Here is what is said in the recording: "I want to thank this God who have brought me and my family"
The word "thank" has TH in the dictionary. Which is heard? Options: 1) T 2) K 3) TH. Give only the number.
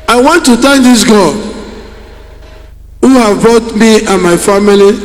1